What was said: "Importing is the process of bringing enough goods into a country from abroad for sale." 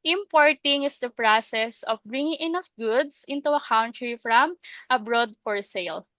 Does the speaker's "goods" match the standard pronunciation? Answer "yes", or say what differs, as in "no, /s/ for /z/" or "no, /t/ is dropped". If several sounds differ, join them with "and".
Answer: no, /s/ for /z/